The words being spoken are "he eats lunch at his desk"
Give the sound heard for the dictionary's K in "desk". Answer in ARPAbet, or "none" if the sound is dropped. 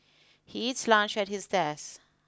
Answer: none